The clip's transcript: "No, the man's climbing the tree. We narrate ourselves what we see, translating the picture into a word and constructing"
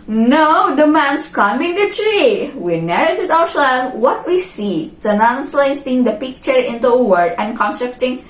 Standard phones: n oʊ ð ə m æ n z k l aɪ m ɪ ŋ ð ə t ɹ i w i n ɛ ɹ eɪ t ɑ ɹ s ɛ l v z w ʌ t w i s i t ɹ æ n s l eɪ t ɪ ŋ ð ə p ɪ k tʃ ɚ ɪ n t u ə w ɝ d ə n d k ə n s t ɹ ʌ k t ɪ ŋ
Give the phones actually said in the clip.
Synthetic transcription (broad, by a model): n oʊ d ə m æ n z k aɪ m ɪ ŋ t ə t ɹ i w i n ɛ ɹ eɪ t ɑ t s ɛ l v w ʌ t w i s i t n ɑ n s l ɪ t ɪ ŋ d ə p ɪ k tʃ ɚ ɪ n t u ə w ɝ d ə n k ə n s t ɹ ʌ k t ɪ ŋ